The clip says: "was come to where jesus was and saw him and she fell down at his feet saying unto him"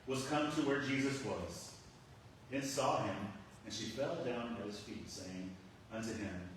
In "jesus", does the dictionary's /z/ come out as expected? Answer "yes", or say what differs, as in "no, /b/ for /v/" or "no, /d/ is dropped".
yes